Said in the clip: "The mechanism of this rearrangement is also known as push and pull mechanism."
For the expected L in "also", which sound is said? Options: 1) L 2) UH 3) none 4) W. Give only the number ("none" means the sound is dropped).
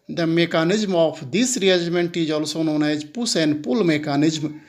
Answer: 1